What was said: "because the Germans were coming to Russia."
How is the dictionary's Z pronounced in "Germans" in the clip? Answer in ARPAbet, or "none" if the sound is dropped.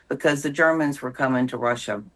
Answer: Z